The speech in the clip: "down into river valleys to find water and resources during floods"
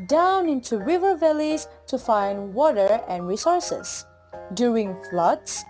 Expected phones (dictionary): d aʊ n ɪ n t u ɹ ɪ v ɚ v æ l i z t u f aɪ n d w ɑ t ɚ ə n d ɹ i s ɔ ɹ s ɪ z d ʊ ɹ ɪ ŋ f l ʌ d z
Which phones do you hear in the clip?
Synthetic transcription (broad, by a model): d aʊ n ɪ n t u ɹ ɪ v ɚ v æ l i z t u f aɪ n d w ɑ t ɚ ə n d ɹ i s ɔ ɹ s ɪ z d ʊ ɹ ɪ ŋ f l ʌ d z